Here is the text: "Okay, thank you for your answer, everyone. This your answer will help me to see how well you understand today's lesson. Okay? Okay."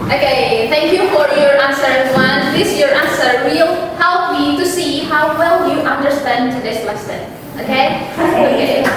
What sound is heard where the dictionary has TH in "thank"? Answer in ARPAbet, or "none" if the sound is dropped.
TH